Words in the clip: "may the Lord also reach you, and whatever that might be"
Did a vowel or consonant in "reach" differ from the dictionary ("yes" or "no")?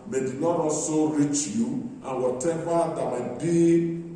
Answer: no